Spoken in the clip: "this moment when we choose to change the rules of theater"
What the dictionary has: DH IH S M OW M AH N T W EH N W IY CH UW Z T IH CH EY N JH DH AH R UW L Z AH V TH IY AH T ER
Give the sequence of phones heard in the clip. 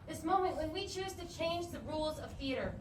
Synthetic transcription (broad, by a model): DH IH S M OW M AH N T W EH N W IY CH UW Z T IH CH EY N JH DH AH R UW L Z AH V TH IY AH T ER